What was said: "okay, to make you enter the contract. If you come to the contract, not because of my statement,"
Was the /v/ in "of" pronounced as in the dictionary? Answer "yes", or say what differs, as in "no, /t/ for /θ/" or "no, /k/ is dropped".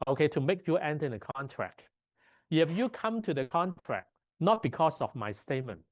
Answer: no, /f/ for /v/